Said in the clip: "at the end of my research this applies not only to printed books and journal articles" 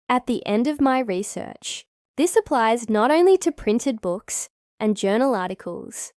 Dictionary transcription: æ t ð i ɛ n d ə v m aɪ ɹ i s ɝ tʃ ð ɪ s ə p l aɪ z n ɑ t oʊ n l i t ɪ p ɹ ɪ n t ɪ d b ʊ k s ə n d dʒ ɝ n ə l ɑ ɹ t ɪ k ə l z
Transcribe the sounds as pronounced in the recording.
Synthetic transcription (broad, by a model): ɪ t ð i ɛ n d ə v m aɪ ɹ i s ɝ tʃ ð ɪ s ə p l aɪ z n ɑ t oʊ n l i t ɪ p ɹ ɪ n t ɪ d b ʊ k s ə n dʒ ɝ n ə l ɑ ɹ t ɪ k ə l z